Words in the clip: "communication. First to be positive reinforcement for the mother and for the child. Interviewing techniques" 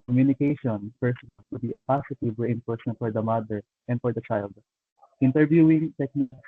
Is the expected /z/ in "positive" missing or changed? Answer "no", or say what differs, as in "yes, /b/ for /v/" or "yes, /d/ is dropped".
yes, /s/ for /z/